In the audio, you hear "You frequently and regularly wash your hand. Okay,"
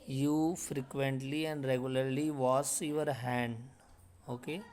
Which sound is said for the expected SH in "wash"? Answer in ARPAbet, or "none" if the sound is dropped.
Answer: S